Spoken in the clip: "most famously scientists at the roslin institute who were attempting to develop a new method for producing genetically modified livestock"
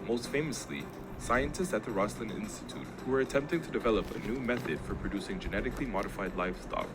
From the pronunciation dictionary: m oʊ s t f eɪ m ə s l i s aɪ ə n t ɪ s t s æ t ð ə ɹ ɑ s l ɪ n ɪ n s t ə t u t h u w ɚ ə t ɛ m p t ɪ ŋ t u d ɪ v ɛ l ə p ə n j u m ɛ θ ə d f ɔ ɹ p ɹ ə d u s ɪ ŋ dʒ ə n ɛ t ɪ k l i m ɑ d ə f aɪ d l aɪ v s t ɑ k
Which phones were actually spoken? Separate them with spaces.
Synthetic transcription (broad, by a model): m oʊ s t f eɪ m ə s l i s aɪ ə n t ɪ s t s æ t ð ə ɹ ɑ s l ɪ n ɪ n s t ə t u t h u w ɚ ə t ɛ m p t ɪ ŋ t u d ɪ v ɛ l ə p ə n j u m ɛ θ ə d f ɔ ɹ p ɹ ə d u s ɪ ŋ dʒ ə n ɛ t ɪ k l i m ɑ d ə f aɪ d l aɪ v s t ɑ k